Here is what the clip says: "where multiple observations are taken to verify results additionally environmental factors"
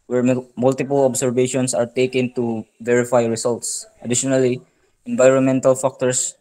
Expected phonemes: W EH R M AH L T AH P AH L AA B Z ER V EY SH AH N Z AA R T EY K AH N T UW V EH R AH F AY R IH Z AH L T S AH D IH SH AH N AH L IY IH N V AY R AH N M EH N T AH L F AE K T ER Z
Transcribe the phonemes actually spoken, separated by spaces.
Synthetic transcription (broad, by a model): W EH R M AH L T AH P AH L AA B S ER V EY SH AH N S AA R T EY K AH N T UW V EH R AH F AY R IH S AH L T S AH D IH SH AH N AH L IY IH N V AY R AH N M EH N T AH L F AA K T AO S